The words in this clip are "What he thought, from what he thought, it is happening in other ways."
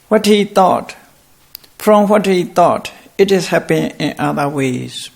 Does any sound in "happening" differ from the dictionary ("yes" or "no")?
yes